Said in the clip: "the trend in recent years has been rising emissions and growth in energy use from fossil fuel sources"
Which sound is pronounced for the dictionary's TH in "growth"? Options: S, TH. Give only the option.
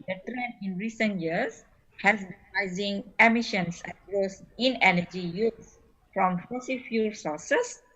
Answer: S